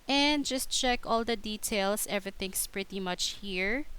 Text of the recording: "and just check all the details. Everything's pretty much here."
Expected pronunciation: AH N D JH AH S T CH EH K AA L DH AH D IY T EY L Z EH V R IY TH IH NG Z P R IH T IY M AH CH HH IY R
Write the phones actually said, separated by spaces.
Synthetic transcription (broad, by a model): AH N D JH AH S T CH EH K AA L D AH D IY T EY L S EH V R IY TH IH NG S P R IH T IY M AH CH HH IY R